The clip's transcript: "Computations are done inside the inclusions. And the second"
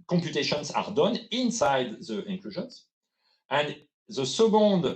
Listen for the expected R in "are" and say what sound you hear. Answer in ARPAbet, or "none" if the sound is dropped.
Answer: R